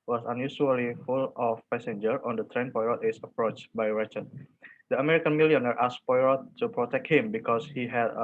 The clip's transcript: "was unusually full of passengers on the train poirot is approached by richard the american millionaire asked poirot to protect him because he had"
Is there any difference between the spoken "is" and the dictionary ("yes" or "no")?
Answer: yes